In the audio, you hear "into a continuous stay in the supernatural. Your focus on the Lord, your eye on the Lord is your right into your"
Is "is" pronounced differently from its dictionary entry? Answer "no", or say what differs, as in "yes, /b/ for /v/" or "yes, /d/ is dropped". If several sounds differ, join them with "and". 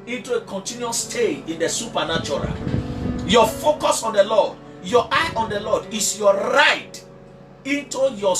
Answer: yes, /s/ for /z/